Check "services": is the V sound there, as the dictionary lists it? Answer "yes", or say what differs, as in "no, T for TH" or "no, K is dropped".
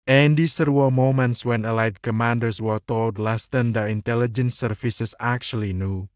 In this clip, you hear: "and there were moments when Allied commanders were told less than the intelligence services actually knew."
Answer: no, F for V